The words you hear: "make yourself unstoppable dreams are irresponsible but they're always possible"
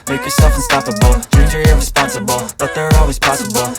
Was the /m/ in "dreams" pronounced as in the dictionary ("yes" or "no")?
no